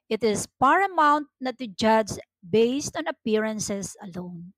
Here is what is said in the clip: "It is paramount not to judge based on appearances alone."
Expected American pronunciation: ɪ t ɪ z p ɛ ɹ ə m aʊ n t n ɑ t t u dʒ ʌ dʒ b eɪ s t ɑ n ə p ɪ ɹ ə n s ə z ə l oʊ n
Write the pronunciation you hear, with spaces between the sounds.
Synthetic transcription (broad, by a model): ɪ t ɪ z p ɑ ɹ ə m aʊ n t n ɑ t t u dʒ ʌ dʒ b eɪ s t ɑ n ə p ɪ ɹ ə n s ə s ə l oʊ n